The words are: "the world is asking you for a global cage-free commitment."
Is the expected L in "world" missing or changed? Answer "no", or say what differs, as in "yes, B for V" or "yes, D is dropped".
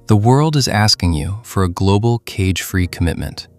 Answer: no